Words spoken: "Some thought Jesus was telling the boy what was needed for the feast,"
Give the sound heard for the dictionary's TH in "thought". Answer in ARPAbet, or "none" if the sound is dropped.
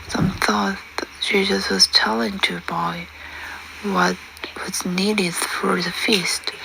TH